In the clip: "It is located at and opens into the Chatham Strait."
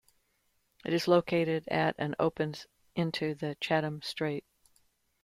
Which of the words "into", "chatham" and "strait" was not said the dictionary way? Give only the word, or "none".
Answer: none